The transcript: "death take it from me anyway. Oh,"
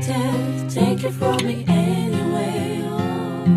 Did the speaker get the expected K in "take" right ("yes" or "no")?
yes